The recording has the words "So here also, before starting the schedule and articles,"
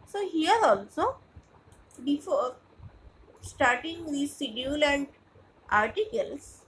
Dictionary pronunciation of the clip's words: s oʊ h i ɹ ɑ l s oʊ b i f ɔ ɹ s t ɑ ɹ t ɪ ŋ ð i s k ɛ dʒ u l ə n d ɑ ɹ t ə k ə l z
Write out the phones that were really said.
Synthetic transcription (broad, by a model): s oʊ h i ɹ ɑ l s oʊ b i f ɔ ɹ s t ɑ ɹ t ɪ ŋ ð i s i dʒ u l ə n d ɑ ɹ t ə k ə l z